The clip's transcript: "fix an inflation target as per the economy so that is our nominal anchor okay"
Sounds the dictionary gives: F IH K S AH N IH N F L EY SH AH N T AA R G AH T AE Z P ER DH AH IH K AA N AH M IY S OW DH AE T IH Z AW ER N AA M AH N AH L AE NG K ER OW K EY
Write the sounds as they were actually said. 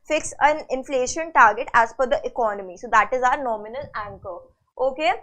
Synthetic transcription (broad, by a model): F IH K S AH N IH N F L EY SH AH N T AA R G AH T AE Z F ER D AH IH K AA N AH M IY S OW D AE T IH Z AW ER N AA M AH N AH L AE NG K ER OW K EY